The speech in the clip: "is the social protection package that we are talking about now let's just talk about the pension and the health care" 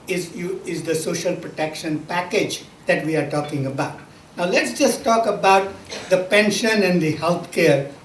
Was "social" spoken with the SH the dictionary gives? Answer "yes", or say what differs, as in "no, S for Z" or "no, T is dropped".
yes